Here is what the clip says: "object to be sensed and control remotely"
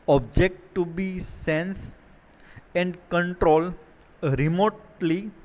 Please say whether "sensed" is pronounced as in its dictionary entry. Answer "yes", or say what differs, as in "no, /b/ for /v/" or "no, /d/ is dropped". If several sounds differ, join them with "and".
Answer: no, /t/ is dropped